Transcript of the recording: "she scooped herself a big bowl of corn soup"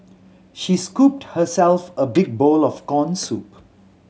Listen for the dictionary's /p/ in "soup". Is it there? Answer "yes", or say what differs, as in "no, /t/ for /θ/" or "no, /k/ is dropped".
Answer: yes